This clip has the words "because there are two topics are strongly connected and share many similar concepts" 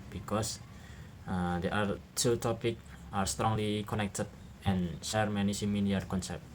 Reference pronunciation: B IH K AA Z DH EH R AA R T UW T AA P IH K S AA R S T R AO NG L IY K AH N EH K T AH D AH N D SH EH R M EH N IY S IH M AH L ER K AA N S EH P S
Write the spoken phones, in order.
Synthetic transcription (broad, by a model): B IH K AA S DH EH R AA R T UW T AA P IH K AA R S T R AO NG L IY K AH N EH K T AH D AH N SH EH R M EH N IY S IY M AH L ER K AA N S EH P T